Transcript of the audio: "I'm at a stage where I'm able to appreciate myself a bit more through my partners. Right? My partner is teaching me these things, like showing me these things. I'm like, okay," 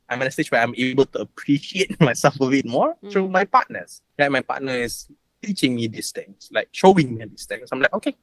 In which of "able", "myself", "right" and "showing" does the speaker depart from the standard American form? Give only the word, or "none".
none